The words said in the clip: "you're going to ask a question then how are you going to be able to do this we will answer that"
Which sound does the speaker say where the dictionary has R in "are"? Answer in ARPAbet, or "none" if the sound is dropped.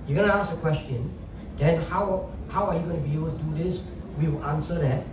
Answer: W